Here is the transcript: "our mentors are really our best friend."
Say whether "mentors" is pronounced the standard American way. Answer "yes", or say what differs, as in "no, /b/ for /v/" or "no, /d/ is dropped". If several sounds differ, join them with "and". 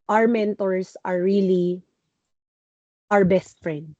no, /s/ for /z/